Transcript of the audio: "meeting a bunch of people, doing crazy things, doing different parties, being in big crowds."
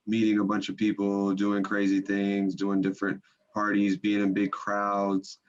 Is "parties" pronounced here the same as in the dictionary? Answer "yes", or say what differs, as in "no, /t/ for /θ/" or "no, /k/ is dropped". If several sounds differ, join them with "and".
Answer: yes